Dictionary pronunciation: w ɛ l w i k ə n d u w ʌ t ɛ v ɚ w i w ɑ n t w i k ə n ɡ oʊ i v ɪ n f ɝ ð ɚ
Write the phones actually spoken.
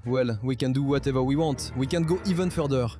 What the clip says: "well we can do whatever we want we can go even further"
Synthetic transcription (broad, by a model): w ɛ l w i k ə n d u w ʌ t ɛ v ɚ w i w ɑ t w i k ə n ɡ oʊ i v ɪ n f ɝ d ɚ